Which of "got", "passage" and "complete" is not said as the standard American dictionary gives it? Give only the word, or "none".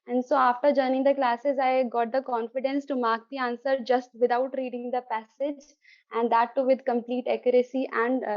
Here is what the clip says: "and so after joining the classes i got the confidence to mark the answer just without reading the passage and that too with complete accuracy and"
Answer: none